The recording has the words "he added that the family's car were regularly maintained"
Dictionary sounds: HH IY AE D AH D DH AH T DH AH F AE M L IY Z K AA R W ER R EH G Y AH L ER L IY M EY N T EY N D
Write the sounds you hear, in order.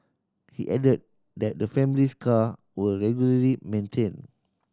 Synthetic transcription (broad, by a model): HH IY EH D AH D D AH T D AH F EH M L IY S K AA W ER R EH G Y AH L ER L IY M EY N T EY N